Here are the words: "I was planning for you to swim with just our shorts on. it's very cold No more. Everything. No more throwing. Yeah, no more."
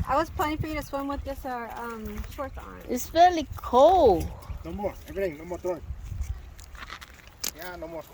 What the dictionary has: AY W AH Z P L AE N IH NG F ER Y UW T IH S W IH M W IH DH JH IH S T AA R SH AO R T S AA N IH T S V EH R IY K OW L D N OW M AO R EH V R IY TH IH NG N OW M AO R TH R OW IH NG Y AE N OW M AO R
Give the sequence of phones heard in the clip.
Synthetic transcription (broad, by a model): AY W AH Z P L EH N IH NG F ER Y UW T IH S W IH M W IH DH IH S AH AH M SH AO R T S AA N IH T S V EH L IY K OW L N OW M AO R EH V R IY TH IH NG N OW M AO R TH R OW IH Y AE N OW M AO R